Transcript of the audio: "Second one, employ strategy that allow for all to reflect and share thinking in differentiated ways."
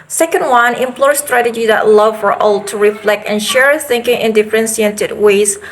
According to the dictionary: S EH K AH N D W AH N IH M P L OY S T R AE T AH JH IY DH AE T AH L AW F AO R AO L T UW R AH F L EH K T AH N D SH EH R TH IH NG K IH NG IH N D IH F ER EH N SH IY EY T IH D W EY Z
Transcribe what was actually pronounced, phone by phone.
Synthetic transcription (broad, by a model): S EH K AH N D W AH N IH M P L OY S T R AE T AH JH IY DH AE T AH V F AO R AO L T UW R AH F L EH K T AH N SH EH R TH IH NG K IH NG IH N D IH F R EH N S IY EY T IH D W EY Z